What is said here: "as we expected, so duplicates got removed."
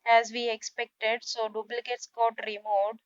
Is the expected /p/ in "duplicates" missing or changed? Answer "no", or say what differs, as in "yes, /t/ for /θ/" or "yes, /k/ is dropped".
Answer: yes, /b/ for /p/